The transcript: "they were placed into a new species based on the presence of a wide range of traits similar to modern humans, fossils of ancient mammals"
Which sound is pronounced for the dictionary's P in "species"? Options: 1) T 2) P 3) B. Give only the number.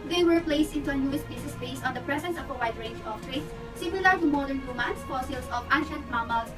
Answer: 3